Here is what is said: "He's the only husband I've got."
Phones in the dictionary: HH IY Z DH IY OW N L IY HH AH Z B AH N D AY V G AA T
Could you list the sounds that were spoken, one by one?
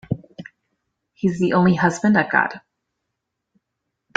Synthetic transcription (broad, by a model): HH IY Z DH IY OW N L IY HH AH Z B AH N D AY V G AA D